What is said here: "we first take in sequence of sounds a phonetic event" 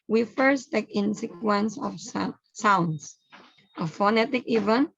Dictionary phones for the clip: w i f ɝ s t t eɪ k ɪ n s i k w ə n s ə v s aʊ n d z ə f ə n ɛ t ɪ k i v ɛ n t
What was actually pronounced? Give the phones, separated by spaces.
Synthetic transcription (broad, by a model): w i f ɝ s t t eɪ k ɪ n s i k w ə n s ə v s aʊ n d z ə f ə n ɛ t ɪ k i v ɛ n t